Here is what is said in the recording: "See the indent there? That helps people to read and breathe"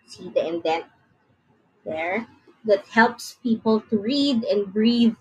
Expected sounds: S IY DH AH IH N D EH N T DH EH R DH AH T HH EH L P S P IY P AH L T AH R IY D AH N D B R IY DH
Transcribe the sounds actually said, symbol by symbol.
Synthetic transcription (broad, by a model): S IY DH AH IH N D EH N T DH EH R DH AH T HH EH L P S P IY P AH L T AH R IY D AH N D B R IY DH